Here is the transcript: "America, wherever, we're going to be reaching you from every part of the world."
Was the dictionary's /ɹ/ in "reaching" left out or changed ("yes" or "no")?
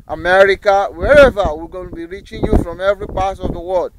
no